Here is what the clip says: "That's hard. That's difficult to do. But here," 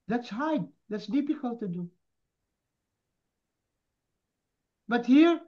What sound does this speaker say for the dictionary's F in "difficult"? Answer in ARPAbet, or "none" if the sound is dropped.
P